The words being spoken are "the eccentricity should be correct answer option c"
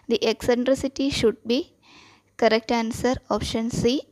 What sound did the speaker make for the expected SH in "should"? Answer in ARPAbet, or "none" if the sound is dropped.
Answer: SH